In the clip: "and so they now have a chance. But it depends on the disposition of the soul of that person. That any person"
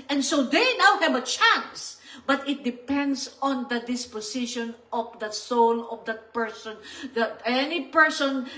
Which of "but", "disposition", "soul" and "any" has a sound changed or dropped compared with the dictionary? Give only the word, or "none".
disposition